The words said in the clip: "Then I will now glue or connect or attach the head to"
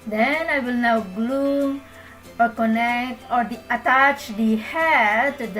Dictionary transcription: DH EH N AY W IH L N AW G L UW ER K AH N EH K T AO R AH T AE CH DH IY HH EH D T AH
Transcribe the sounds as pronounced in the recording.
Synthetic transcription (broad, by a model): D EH N AY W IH L N AW G L UW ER K AH N EH K T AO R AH T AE CH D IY HH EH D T